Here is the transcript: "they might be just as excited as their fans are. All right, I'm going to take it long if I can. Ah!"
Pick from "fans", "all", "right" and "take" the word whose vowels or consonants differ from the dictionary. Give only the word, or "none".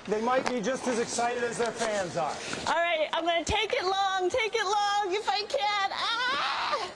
none